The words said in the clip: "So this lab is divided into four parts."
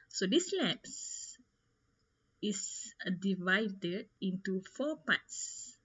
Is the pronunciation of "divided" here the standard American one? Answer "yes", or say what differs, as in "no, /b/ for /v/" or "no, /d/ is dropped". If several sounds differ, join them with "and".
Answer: yes